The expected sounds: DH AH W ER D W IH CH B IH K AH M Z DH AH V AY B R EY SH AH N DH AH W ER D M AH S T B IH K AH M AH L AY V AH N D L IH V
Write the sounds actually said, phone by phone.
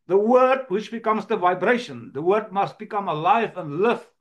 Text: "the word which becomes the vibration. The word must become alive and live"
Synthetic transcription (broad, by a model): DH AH W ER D W IH CH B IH K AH M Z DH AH V AY B R EY SH AH N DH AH W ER D M AH S T B IH K AH M AH L AY V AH N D L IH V